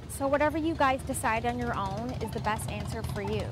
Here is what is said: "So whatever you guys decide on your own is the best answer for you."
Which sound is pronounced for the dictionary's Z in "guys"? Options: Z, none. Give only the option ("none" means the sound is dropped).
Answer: Z